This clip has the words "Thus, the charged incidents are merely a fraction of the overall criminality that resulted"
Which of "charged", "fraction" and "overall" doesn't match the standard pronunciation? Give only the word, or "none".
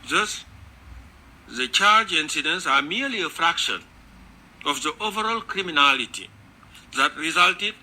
charged